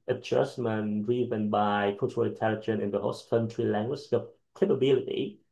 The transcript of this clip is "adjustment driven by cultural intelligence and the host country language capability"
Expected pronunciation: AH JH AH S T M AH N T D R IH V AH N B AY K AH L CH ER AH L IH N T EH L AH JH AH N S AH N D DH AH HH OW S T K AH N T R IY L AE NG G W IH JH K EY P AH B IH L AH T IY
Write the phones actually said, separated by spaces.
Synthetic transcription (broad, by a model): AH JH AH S M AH N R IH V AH N B AY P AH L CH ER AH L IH N T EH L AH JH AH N AH N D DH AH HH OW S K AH N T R IY L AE NG G W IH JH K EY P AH B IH L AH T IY